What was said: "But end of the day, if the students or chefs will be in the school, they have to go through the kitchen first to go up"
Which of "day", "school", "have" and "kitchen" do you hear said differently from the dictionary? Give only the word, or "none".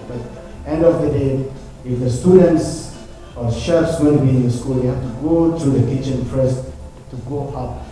have